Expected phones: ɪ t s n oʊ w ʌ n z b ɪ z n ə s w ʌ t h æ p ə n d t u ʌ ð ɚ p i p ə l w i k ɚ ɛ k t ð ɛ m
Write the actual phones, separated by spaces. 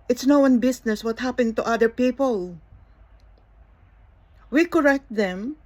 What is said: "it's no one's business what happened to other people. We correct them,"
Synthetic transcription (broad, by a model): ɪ t s n oʊ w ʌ n b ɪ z n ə s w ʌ t h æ p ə n t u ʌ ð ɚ p i p ə l w i k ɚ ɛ k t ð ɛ m